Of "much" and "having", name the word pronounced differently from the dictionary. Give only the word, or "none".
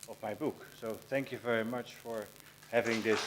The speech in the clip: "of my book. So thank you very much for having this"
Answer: none